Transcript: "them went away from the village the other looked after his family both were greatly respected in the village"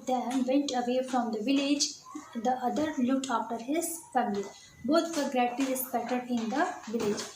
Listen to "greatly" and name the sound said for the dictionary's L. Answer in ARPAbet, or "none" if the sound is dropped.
none